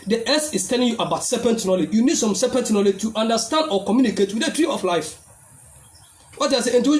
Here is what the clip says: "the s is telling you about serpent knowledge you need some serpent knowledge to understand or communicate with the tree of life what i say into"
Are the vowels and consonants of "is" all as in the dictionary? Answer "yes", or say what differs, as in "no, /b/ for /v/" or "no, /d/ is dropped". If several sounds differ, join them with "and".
no, /s/ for /z/